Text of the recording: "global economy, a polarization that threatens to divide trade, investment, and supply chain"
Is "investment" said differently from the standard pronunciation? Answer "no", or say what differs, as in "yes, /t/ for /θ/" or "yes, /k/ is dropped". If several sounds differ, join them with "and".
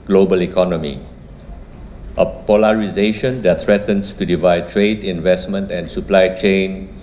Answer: no